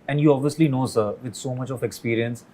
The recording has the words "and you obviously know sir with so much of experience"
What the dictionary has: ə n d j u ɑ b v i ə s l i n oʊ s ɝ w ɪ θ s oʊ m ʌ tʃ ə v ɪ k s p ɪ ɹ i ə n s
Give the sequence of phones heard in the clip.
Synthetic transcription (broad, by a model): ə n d j u ɑ b v i ə s l i n oʊ s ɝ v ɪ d s oʊ m ʌ tʃ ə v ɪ k s p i ɹ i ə n s